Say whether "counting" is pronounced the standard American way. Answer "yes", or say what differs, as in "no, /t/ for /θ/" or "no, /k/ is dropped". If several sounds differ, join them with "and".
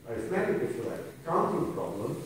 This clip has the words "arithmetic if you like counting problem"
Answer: no, /s/ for /t/